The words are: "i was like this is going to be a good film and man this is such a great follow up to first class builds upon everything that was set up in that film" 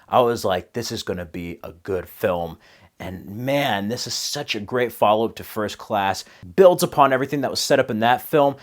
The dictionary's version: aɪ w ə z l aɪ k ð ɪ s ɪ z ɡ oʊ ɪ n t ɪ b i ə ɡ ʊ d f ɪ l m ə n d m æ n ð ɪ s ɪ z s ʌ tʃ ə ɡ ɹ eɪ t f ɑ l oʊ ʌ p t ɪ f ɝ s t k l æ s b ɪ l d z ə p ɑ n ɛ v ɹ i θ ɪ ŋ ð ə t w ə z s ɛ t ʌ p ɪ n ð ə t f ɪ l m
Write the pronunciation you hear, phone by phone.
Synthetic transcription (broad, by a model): aɪ w ə z l aɪ k ð ɪ s ɪ z ɡ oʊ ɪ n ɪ b i ə ɡ ʊ d f ɪ l m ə n m æ n ð ɪ s ɪ z s ʌ tʃ ə ɡ ɹ eɪ t f ɑ l oʊ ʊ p t ɪ f ɝ s k l æ s b ɪ l d z ə p ɑ n ɛ v ɹ i θ ɪ ŋ ð ə t w ə z s ɛ t ʌ p ɪ n ð ə t f ɪ l m